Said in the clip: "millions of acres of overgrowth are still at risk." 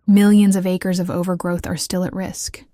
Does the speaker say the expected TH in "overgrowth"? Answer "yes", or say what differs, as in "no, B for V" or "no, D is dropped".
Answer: yes